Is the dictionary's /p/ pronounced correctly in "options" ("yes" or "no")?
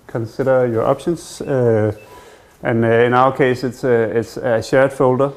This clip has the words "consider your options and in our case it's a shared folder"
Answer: no